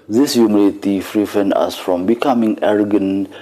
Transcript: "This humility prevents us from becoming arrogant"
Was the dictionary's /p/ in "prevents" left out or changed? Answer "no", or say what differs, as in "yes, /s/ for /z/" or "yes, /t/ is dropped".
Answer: yes, /f/ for /p/